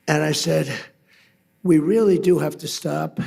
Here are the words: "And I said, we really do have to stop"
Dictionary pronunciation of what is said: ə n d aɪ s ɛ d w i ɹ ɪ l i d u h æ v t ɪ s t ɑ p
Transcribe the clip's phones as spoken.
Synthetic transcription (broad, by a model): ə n aɪ s ɛ d w i ɹ ɪ l i d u h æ f t ɪ s t ɑ p